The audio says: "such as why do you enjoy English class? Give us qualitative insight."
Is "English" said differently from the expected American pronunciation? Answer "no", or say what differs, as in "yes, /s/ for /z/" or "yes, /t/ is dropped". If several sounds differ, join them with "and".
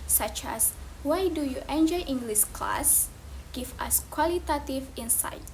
yes, /s/ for /ʃ/